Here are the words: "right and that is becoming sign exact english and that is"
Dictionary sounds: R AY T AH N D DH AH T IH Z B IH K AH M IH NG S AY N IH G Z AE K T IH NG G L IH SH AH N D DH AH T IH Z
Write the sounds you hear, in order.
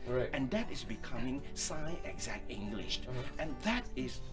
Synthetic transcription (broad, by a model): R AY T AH N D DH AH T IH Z B IH K AH M IH NG S AY IH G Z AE K T IH NG G L IH SH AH N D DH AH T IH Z